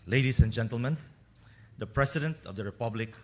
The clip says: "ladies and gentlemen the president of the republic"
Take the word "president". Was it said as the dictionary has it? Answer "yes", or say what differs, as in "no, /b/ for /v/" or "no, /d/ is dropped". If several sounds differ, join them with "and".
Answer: no, /s/ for /z/